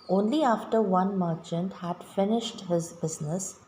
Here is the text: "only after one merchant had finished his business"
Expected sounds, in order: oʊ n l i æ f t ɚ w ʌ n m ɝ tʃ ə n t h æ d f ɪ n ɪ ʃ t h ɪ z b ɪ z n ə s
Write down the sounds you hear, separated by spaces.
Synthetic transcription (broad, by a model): oʊ n l i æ f t ɚ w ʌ n m ɝ tʃ ə n t h æ d f ɪ n ɪ ʃ t h ɪ z b ɪ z n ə s